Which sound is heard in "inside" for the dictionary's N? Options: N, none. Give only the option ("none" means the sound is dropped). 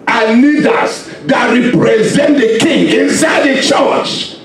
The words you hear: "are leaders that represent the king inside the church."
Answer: N